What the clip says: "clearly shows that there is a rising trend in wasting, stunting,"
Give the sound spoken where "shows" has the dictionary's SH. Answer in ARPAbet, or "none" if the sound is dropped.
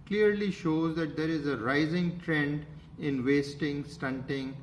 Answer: SH